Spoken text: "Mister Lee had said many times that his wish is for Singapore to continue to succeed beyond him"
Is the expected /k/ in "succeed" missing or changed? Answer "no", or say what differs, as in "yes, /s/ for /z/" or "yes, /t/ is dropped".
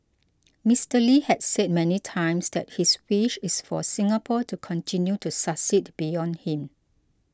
yes, /k/ is dropped